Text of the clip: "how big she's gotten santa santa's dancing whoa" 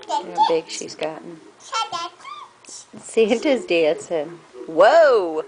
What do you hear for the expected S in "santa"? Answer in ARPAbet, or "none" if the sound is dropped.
SH